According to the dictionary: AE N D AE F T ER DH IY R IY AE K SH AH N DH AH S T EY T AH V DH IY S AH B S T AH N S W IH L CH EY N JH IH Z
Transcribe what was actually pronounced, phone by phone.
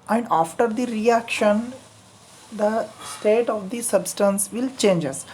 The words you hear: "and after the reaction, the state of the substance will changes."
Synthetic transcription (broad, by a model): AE N D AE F T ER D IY R IY AE K SH AH N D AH S T EY T AH V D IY S AH B S T AH N S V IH L CH EY N JH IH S